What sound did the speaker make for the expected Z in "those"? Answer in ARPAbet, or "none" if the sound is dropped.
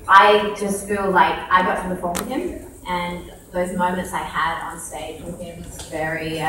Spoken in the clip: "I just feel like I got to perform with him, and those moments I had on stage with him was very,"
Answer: Z